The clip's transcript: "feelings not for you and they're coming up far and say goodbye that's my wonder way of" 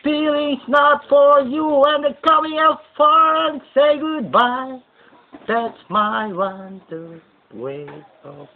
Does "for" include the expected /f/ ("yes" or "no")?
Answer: yes